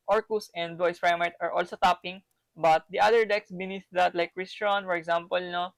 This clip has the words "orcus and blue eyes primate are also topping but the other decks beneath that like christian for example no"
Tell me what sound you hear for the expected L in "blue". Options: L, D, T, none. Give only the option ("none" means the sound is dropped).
none